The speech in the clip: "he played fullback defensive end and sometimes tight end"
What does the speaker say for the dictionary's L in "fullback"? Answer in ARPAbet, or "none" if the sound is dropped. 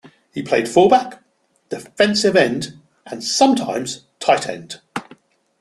none